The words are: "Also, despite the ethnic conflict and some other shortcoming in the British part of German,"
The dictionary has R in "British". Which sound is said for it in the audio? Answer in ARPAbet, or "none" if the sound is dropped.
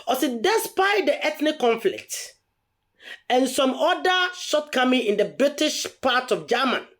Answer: R